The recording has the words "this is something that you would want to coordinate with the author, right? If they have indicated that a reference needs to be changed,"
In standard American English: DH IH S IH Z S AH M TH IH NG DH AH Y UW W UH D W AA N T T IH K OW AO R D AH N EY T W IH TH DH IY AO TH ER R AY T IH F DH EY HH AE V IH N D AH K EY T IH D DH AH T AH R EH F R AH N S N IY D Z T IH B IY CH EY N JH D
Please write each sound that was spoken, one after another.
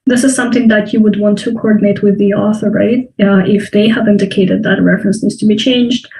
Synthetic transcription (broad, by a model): DH IH S IH Z S AH M TH IH NG DH AH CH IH W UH D W AA N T T IH K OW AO R D N EY T W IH DH IY AO TH ER R AY T IH F DH EY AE V IH N D AH K EY T IH D DH AH T AH R EH F R AH N S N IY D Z T IH B IY CH EY N JH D